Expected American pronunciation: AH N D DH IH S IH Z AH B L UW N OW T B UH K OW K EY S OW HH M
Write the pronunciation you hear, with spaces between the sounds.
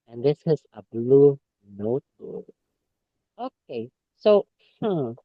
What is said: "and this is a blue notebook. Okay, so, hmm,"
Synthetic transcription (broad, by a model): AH N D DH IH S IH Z AH B L UW N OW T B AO OW K EY S OW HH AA